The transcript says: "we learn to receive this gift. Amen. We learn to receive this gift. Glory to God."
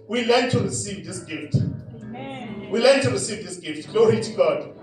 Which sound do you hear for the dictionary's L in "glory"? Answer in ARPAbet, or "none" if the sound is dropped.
L